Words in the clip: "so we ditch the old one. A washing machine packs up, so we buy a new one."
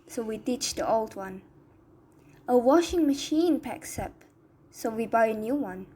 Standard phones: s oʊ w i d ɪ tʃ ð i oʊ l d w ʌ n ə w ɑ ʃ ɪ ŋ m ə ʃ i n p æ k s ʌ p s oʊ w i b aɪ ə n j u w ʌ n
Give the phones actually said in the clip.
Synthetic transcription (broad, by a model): s oʊ w i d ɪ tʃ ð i oʊ l d w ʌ n ə w ɑ ʃ ɪ ŋ m ə ʃ i n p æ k s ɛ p s oʊ w i b aɪ ə n j u w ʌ n